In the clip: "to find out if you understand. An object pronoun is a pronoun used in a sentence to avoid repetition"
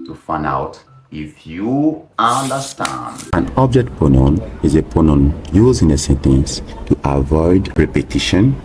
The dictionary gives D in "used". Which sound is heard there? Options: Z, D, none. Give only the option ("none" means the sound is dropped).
none